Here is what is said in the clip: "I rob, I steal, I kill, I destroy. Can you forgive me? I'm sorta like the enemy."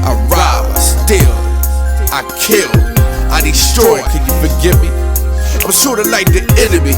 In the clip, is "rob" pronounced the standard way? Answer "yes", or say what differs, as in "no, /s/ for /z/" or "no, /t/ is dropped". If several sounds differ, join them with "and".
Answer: no, /b/ is dropped